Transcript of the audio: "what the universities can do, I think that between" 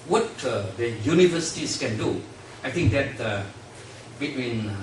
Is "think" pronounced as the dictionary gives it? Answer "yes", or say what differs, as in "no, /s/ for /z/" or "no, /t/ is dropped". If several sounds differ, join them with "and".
no, /t/ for /θ/